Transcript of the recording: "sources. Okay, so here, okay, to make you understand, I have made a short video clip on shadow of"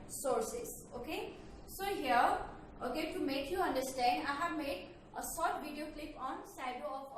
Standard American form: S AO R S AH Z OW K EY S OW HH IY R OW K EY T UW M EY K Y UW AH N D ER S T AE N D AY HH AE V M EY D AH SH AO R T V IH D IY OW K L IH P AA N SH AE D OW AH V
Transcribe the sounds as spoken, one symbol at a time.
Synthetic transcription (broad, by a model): S AO R S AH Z OW K EY S OW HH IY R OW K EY T UW M EY K Y UW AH N D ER S T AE N D AY HH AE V M EY D AH S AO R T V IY D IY OW K L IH P AA N S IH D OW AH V